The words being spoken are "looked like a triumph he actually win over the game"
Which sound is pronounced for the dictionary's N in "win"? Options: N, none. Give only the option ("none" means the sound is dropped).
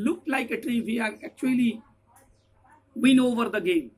N